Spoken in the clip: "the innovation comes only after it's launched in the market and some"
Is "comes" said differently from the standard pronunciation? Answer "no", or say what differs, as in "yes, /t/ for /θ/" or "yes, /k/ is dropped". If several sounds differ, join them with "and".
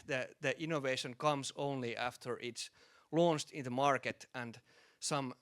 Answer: yes, /s/ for /z/